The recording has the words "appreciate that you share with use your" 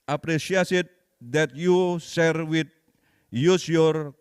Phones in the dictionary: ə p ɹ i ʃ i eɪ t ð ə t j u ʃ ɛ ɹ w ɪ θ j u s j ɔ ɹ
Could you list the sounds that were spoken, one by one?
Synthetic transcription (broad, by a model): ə p ɹ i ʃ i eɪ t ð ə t j u s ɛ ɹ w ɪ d j u s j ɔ ɹ